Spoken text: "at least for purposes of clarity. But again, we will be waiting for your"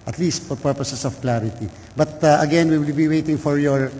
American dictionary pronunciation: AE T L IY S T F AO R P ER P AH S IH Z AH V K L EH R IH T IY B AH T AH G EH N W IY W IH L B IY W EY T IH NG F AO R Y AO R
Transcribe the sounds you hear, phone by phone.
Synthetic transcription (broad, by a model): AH T L IY S T F AO R P ER P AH S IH S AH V K L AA R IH T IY B AH T AH G EH N W IY W IH L B IY W EY T IH NG F AO R Y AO R